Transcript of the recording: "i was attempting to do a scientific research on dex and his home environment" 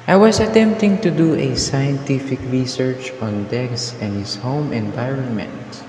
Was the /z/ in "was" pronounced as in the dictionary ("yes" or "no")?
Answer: no